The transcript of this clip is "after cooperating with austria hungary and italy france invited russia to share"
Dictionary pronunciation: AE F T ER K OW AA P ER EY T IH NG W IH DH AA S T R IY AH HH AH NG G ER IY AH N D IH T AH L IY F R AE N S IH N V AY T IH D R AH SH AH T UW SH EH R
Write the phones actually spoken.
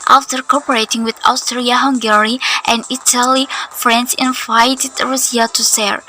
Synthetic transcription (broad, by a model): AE F T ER K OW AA P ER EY T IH NG W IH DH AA S T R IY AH HH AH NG G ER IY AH N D IH T AH L IY F R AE N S IH N V AY T IH D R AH S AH T UW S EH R